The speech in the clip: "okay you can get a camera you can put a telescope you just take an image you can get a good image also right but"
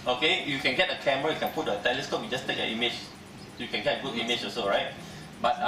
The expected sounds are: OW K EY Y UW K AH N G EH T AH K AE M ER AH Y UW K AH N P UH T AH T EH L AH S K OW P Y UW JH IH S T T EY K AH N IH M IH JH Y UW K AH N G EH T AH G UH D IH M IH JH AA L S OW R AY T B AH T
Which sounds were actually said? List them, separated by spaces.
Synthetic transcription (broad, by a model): OW K EY Y UW K AH N G EH T AH K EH M ER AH Y UW K AH N P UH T AH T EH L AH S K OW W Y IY JH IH S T T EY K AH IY M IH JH Y UW K AH N G EH T AH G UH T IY M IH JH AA S OW R AY T B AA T